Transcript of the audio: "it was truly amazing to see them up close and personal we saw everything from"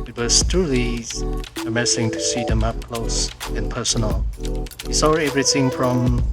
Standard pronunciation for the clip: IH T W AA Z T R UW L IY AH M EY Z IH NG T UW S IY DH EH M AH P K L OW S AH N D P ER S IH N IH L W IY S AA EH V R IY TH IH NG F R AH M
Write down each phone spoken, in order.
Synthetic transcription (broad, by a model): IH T W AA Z T R UW L IY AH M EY S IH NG T UW S IY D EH M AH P K L OW S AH N P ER S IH N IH L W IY S AA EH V R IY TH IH NG F R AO M